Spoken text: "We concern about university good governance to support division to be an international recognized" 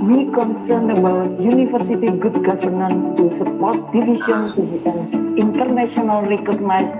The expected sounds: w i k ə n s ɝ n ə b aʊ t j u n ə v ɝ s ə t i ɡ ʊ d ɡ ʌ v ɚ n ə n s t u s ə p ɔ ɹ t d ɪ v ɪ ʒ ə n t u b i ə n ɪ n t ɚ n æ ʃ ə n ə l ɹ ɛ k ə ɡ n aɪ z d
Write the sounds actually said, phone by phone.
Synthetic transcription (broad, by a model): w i k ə n s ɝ n ə b aʊ t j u n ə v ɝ s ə t i ɡ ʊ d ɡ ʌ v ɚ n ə n t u s ə p ɔ ɹ t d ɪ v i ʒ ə n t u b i ə n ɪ n t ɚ n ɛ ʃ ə n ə l ɹ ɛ k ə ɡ n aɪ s